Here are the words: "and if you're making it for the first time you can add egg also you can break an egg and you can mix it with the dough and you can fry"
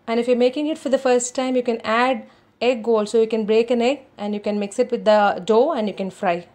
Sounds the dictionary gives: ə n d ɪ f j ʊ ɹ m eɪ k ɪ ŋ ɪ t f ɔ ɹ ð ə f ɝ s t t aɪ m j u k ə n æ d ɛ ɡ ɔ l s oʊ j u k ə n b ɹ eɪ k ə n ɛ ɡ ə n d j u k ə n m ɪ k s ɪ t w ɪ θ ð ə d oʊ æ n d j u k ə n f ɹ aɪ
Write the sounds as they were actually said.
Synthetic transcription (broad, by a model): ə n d ɪ f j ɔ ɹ m eɪ k ɪ ŋ ɪ t f ɔ ɹ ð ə f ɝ s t t aɪ m j u k ə n æ d ɛ ɡ ɔ l s oʊ j u k ə n b ɹ eɪ k ə n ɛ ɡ ə n d j u k ə n m ɪ k s ɪ t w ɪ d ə d oʊ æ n d j u k ə n f ɹ aɪ